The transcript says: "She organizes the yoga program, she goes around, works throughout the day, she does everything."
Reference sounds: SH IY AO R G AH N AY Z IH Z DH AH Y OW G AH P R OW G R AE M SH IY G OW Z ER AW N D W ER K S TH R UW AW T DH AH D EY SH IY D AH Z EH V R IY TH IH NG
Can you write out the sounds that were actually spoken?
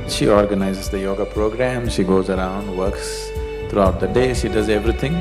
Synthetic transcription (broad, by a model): SH IY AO R G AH N AY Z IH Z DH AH Y OW G AH P R OW G R AE M SH IY G OW Z ER AW N D W ER K S T R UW AW T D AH D EY SH IY D AH Z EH V R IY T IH NG